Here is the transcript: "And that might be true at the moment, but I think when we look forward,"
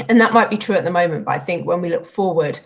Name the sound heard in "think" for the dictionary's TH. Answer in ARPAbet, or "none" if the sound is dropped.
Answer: TH